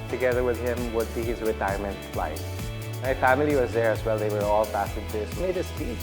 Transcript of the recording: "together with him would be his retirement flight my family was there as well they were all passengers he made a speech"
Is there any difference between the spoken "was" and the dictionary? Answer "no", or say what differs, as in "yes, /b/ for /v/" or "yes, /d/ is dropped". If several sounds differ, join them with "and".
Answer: no